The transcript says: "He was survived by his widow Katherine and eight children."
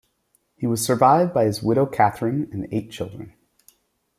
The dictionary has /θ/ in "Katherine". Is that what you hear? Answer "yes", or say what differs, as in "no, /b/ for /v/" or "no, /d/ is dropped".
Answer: yes